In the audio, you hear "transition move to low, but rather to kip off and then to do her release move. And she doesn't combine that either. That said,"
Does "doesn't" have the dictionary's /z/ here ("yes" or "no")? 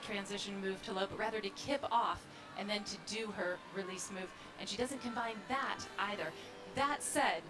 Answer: yes